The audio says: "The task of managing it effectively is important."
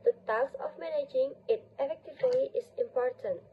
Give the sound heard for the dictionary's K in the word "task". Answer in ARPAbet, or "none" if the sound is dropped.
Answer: none